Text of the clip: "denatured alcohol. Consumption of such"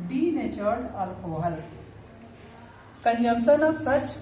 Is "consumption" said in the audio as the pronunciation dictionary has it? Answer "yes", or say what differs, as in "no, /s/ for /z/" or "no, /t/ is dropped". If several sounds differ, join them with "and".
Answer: no, /s/ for /ʃ/